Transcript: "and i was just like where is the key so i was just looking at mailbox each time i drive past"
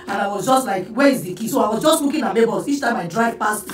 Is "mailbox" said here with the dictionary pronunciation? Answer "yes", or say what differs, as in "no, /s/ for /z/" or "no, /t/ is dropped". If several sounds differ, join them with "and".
no, /l/ is dropped and /k/ is dropped